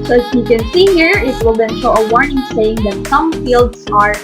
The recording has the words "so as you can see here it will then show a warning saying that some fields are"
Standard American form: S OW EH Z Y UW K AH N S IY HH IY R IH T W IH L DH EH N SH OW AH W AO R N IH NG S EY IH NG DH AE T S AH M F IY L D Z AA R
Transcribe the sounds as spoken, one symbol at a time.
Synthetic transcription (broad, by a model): S OW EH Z Y UW K AH N S IY HH IY R IH T W IH L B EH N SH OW AH W AO R N IH NG S EY IH NG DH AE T S AH M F IY L D S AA R